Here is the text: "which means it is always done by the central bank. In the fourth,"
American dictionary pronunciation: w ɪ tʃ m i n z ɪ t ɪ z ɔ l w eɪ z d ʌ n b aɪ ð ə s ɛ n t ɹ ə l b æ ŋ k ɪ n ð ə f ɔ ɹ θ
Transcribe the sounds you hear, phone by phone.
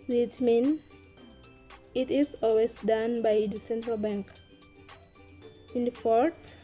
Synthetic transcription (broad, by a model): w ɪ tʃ m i n ɪ t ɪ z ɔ l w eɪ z d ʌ n b aɪ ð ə s ɛ n t ɹ ə l b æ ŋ k ɪ n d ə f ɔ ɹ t